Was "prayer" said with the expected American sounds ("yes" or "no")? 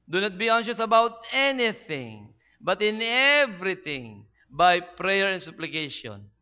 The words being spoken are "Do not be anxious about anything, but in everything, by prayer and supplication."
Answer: yes